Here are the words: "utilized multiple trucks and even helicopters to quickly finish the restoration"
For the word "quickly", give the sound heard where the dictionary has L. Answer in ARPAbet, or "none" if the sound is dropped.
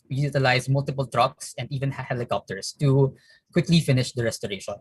L